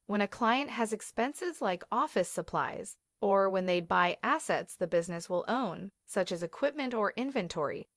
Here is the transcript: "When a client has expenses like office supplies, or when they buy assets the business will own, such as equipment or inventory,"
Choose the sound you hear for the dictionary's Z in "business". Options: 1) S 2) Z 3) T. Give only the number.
2